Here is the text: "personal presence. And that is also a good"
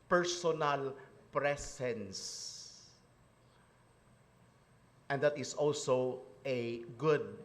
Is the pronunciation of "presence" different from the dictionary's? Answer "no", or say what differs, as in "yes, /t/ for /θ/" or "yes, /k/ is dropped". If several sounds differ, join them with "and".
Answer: yes, /s/ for /z/